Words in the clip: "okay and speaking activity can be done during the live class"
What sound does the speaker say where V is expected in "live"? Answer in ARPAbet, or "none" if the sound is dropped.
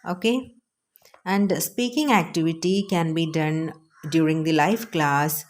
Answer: F